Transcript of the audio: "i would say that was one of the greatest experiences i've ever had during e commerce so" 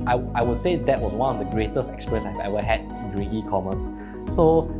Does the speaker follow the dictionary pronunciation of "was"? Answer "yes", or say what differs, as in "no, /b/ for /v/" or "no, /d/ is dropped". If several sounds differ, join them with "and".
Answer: no, /s/ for /z/